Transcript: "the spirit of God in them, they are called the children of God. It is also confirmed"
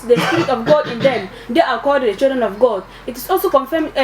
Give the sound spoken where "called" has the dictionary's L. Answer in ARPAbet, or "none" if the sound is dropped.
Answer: none